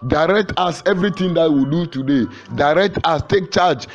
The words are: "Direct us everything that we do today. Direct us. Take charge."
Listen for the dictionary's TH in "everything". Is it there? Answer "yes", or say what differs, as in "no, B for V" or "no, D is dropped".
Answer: no, T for TH